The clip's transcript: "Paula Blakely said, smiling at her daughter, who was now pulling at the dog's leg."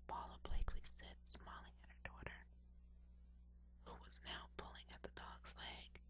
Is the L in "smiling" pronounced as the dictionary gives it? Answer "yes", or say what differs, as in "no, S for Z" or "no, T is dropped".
yes